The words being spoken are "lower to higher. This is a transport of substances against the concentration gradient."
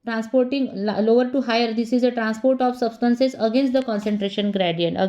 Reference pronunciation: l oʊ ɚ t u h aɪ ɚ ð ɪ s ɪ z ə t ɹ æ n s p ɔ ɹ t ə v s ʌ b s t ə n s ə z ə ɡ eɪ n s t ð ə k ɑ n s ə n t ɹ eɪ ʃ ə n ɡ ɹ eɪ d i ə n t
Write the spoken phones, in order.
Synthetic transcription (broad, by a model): l oʊ ɚ t u h aɪ ɚ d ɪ s ɪ z ə t ɹ æ n s p ɔ ɹ t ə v s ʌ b s t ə n s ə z ə ɡ eɪ n s t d ə k ɑ n s ə n t ɹ eɪ ʃ ə n ɡ ɹ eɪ d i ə n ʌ